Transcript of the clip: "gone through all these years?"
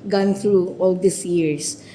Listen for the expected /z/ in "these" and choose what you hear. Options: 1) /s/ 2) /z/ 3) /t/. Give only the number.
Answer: 1